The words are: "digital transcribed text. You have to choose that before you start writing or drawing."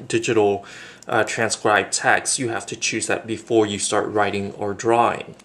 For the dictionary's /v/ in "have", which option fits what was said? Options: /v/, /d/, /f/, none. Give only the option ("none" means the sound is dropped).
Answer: /f/